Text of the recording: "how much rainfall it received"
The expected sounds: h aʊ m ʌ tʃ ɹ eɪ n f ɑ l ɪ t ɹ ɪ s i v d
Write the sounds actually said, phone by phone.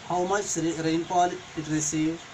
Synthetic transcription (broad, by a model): h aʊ m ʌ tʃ ɹ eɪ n p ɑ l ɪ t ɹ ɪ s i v